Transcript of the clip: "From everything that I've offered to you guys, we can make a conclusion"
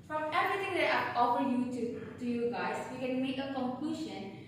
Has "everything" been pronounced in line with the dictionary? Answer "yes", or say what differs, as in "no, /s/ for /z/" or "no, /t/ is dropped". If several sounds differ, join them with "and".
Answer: no, /t/ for /θ/